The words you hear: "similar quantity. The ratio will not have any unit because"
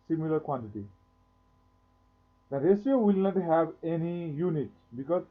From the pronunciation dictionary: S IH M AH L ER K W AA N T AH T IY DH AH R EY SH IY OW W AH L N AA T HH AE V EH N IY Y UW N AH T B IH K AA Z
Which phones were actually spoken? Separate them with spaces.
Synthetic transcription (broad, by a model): S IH M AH L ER K W AA N T AH T IY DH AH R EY S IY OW W AH L N AA T HH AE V EH N IY Y UW N AH T B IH K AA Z